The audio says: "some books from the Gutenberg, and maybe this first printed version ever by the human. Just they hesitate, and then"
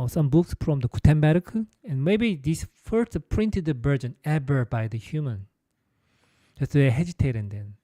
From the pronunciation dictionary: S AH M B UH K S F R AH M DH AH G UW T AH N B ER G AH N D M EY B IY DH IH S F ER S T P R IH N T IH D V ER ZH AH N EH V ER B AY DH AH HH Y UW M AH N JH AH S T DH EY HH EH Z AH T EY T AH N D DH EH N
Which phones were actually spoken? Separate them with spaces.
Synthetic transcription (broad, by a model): S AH M B UH K S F R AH M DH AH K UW T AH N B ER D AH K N M EY B IY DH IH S F ER S T P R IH N T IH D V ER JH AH N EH B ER B AY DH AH HH Y UW M AH N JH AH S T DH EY HH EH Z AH T EY T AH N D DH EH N